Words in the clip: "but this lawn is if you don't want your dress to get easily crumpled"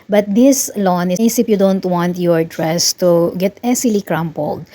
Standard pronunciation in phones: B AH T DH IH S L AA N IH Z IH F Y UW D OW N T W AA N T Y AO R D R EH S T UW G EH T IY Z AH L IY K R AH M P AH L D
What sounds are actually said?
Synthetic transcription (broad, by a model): B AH T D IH S L AA N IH S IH P Y UW D OW N T W AA N T Y AO R D R EH S T UW G EH T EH S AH L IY K R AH M P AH L D